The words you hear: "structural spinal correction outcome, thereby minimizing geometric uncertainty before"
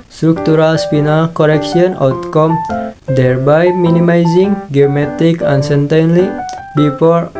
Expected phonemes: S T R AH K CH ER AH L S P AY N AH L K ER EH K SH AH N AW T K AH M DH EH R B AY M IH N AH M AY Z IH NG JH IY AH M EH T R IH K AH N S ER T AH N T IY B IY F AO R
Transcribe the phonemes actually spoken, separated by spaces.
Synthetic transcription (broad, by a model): S T R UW K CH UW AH L S P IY N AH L K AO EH K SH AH N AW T K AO M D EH R B AY M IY N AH M AY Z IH NG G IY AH M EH T IH K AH N S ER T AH N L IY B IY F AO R